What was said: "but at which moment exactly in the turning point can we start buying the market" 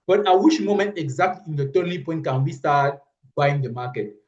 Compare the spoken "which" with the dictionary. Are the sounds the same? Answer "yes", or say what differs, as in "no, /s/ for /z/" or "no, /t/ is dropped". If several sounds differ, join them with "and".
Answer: no, /ʃ/ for /tʃ/